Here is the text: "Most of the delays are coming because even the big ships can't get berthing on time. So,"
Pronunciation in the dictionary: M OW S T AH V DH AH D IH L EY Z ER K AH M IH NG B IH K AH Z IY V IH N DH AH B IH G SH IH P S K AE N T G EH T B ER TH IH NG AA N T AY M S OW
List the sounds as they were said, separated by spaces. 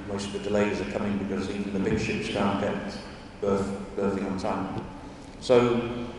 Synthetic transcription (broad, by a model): M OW S T AH V DH AH D IH L EY Z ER K AH M IH NG B IH K AH Z IY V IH N DH AH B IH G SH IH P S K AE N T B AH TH B ER TH IH NG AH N T AY M S OW